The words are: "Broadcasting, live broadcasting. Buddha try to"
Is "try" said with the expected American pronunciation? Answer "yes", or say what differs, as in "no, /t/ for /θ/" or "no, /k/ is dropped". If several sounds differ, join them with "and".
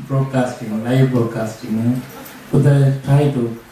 no, /ɹ/ is dropped